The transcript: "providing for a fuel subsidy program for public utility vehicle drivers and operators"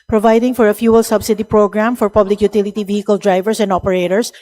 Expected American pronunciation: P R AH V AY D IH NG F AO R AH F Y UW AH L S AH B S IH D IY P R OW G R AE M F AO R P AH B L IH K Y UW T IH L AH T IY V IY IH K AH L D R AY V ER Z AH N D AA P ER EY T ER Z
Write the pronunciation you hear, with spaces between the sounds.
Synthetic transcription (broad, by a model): P R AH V AY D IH NG F AO R AH F Y UW AH L S AH B S IH D IY P R OW G R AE M F AO R P AH B L IH K Y UW T IH L AH T IY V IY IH K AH L D R AY V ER S AH N D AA P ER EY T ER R